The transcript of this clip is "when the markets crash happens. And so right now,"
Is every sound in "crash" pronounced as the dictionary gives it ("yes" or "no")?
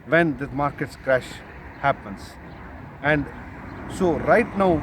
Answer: yes